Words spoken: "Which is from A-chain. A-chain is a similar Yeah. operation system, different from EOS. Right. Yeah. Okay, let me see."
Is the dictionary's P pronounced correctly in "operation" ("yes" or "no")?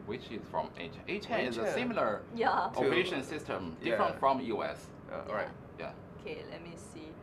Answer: no